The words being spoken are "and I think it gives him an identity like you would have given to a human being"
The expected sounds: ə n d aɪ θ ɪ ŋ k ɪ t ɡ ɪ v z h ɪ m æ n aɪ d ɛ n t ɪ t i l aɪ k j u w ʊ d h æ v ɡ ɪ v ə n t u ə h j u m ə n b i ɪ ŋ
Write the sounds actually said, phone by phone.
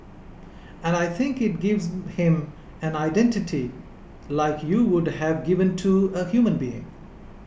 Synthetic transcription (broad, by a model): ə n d aɪ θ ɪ ŋ k ɪ t ɡ ɪ v z h ɪ m æ n aɪ d ɛ n t ɪ t i l aɪ k j u w ʊ d h æ v ɡ ɪ v ə n t u ə h j u m ə n b i ɪ ŋ